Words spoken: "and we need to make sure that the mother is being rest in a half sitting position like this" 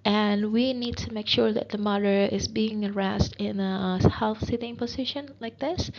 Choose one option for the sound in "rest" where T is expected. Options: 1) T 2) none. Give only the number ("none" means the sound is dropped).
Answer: 1